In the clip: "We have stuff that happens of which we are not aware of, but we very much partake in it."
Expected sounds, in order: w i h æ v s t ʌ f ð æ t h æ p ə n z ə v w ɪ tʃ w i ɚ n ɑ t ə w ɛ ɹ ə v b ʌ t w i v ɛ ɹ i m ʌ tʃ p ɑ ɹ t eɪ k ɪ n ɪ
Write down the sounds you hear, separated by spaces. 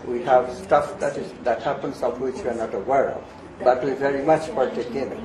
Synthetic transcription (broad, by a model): w i h æ v s t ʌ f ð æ t h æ p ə n s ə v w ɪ tʃ w i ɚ n ɑ t ə w ɛ ɹ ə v b ʌ t w i v ɛ ɹ i m ʌ tʃ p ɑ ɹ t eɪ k ɪ n